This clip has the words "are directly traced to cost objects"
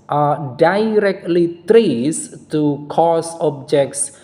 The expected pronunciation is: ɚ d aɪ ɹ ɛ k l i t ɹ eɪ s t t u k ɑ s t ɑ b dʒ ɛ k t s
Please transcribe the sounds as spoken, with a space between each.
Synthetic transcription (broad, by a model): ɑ d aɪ ɹ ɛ k l i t ɹ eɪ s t t u k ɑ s ɑ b dʒ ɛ k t s